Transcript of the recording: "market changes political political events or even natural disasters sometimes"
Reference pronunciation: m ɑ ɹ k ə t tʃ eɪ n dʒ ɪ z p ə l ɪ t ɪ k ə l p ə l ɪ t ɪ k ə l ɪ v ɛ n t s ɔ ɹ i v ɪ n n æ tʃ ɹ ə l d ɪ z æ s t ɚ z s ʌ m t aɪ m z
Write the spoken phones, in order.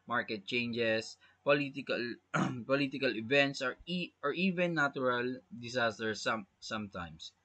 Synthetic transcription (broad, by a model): m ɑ ɹ k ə t tʃ eɪ n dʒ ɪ s p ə l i t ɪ k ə l p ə l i t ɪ k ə l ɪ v ɛ n t s ɔ ɹ i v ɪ n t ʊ ɹ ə l d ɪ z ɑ s t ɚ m s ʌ m t aɪ m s